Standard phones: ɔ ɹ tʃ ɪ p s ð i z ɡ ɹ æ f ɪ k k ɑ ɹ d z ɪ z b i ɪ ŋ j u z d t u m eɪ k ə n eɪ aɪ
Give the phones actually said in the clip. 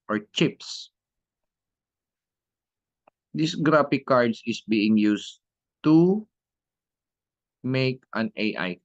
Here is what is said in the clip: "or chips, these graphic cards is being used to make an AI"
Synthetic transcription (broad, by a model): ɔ ɹ tʃ ɪ p s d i s ɡ ɹ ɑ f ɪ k k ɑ ɹ d s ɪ s b i ɪ ŋ j u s t u m eɪ k ə n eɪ aɪ